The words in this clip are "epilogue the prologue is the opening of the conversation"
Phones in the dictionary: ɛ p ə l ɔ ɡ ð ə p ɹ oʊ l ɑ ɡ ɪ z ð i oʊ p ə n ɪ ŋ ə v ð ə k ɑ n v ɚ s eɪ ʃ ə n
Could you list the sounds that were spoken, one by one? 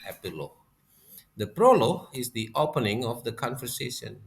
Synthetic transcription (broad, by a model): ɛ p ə l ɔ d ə p ɹ oʊ l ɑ ɪ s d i oʊ p ə n ɪ ŋ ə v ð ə k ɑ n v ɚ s eɪ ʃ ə n